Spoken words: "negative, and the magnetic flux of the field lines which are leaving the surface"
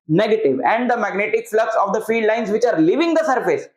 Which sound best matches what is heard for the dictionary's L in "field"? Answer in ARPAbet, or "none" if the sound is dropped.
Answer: none